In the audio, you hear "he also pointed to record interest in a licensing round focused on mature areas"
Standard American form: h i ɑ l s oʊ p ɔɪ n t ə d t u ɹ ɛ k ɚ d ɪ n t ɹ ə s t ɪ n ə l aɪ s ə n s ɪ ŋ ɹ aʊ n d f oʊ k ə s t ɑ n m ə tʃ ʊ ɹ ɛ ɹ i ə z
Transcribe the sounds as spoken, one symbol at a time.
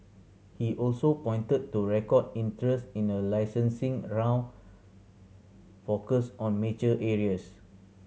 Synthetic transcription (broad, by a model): h i ɑ l s oʊ p ɔɪ n t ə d t u ɹ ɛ k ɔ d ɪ n t ɹ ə s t ɪ n ə l aɪ s ə n s ɪ ŋ ɹ aʊ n f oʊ k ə s ɑ n m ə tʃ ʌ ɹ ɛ ɹ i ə s